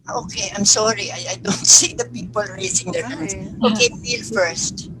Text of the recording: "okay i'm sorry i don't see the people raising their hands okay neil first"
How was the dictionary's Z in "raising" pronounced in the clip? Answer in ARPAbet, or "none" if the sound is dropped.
S